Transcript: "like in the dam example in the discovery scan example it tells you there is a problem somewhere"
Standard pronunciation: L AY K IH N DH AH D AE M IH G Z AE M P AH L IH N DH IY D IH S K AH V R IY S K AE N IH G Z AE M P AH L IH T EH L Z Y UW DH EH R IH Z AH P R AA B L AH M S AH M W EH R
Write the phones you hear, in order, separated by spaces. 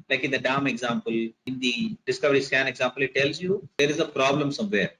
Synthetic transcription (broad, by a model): L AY K IH N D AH D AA M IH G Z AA M P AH L IH N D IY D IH S K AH V R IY S K AE N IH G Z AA M P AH L IH T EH L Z Y UW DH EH R IH Z AH P R AA B L AH M S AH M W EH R